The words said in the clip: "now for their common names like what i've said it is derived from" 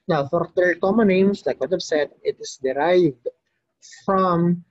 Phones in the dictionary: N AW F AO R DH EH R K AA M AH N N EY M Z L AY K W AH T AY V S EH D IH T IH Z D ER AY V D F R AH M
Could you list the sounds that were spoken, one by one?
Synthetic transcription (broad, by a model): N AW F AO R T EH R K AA M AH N N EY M S L AY K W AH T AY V S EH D IH T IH S D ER AY V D F R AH M